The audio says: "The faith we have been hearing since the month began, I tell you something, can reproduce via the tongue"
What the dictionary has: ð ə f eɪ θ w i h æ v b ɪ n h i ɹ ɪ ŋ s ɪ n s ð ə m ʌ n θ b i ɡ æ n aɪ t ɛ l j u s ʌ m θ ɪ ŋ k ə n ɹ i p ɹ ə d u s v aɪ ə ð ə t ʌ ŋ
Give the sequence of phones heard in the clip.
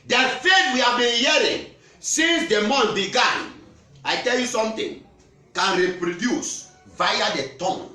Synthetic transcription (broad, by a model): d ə f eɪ t w i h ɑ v b ɪ n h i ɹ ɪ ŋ s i n s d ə m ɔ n b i ɡ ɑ n aɪ t ɛ l j u s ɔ m t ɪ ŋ k ə n ɹ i p ɹ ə d u s v aɪ ə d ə t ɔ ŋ